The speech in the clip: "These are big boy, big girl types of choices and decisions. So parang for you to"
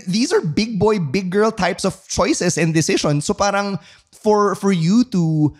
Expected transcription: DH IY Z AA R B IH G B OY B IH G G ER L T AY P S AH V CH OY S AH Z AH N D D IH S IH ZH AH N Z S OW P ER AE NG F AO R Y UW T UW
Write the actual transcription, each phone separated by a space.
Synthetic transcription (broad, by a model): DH IY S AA R B IH G B OY B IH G G ER L T AY P S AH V CH OY S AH S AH N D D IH S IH SH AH N S OW P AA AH NG F AO R Y UW T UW